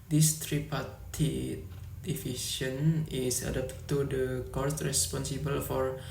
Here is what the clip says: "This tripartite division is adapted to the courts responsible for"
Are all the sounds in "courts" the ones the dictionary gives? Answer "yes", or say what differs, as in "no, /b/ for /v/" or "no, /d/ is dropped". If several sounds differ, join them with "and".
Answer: no, /s/ is dropped